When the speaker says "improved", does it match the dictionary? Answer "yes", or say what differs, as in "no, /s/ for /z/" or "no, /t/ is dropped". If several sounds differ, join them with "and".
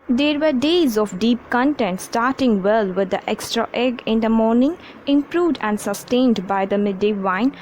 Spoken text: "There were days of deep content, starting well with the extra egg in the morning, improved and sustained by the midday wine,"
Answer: yes